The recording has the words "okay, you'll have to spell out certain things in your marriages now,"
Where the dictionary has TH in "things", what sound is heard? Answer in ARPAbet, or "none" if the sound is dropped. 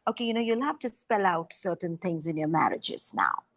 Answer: T